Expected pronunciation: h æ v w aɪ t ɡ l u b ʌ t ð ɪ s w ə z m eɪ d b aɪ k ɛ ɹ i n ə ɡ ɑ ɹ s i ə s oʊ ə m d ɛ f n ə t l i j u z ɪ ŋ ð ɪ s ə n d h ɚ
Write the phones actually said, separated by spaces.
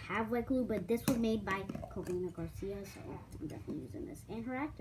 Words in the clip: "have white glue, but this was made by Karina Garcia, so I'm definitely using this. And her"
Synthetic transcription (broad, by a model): h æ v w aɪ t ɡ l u b ʌ t ð ɪ s w ə z m eɪ d b aɪ k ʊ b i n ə ɡ ɑ ɹ s i ə s oʊ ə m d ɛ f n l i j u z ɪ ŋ ð ɪ s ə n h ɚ